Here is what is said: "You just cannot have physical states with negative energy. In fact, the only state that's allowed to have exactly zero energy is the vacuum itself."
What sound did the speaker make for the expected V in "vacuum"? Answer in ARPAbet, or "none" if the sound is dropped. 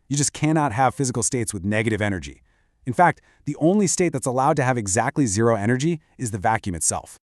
V